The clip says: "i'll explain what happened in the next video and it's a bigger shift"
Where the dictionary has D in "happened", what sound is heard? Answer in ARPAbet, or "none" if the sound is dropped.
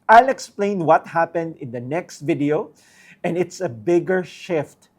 D